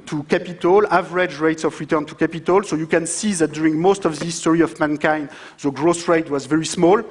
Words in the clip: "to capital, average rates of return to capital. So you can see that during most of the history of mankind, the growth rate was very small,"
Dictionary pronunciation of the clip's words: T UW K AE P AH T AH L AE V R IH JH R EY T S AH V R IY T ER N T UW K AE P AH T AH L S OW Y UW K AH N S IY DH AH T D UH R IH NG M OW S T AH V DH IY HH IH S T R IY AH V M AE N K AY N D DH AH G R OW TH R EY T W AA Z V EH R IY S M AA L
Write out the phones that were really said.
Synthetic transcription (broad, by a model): T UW K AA P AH T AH L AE V R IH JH R EY T S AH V R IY T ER N T UW K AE P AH T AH L S OW Y UW K AH N S IY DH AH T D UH R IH NG M OW S T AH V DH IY S T R IY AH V M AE N K AY N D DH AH G R OW S R EY T W AA Z V EH R IY S M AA L